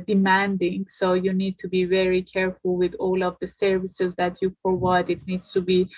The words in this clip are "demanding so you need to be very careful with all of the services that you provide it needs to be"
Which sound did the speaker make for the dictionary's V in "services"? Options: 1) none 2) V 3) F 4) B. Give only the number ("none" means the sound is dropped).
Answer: 2